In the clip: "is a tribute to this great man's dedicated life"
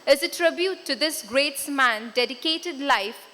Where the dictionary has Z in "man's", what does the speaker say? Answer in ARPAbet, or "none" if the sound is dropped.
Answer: none